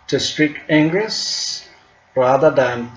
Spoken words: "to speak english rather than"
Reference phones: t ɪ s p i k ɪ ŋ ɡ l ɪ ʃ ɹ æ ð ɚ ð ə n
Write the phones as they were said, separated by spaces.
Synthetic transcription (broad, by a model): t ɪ s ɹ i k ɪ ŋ ɡ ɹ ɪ s ɹ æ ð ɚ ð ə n